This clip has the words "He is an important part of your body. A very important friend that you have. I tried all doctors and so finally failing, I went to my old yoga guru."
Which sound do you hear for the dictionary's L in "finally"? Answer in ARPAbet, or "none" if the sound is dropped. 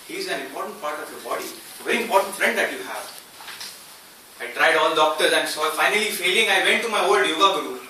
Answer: L